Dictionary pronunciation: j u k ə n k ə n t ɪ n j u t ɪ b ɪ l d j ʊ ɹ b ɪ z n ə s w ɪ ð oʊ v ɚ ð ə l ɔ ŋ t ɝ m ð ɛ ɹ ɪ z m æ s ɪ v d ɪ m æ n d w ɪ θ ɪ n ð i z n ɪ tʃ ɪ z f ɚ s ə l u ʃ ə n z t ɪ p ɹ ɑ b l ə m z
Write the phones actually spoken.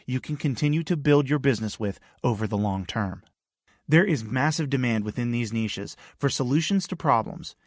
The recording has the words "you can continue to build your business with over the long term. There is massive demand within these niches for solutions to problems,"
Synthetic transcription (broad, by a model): j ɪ k ə n k ə n t ɪ n j u t ɪ b ɪ l d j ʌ ɹ b ɪ z n ə s w ɪ ð oʊ v ɚ ð ə l ɔ ŋ t ɝ m ð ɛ ɹ ɪ z m æ s ɪ v d ɪ m æ n d w ɪ θ ɪ n ð i z n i ʃ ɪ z f ɚ s ə l u ʃ ə n z t ɪ p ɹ ɑ b l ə m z